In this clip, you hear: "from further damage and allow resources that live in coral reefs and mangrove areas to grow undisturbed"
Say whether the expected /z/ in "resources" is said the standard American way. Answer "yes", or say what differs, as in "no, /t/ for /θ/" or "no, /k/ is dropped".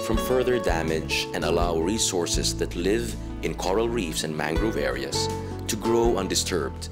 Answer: no, /s/ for /z/